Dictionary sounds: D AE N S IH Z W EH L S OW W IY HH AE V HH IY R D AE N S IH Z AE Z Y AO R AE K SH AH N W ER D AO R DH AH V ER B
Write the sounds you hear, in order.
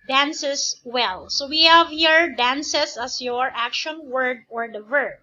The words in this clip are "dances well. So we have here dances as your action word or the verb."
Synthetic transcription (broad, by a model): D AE N S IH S W EH L S OW W IY HH AE V HH IY R D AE N S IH S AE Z Y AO R AE K SH AH N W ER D AO R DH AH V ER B